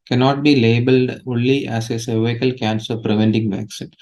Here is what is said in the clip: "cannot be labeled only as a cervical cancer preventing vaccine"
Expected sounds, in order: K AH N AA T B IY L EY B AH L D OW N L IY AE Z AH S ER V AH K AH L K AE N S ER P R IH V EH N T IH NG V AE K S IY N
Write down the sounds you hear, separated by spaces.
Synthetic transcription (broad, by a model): K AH N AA T B IY L EY B AH L D OW N L IY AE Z AH S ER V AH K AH L K AE N S ER P R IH V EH N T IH NG V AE K S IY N